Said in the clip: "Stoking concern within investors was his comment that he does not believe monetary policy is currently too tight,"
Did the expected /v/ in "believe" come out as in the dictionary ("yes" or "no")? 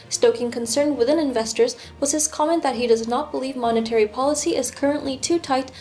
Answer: yes